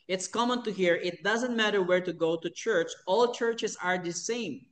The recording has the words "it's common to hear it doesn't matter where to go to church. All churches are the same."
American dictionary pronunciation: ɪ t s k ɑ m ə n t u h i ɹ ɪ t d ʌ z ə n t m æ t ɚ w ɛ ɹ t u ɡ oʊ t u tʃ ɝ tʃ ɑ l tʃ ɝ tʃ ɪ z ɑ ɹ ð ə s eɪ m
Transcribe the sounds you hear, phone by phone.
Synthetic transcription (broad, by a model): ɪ t s k ɑ m ə n t u h i ɹ ɪ t d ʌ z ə n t m æ t ɚ w ɛ ɹ t u ɡ oʊ t u tʃ ɝ tʃ ɑ l tʃ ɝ tʃ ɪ s ɑ ɹ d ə s eɪ m